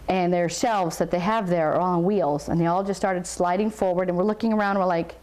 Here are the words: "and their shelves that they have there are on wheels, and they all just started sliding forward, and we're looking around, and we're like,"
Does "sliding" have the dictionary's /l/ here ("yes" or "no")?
yes